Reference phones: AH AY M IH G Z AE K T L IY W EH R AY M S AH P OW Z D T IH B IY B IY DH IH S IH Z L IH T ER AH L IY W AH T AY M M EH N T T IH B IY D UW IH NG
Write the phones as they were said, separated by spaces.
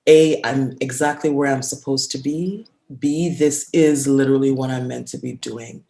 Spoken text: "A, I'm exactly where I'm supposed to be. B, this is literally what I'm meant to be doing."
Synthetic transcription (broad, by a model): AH AY M IH G Z AE K T L IY W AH R AY M S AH P OW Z T IH B IY B IY DH IH S IH Z L IH T ER L IY W AH T AY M M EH N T T IH B IY D UW IH NG